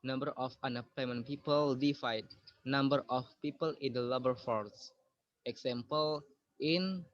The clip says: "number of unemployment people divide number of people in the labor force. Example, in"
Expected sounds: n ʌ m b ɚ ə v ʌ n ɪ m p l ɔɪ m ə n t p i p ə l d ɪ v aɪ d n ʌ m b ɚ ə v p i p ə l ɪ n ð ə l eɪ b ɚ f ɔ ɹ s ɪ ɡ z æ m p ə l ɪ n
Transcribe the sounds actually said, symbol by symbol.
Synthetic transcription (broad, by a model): n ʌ m b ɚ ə f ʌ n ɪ p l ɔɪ m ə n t p i p ə l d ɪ f aɪ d n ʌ m b ɚ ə f p i p ə l ɪ n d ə l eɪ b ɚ f ɔ ɹ s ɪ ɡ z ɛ m p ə l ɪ n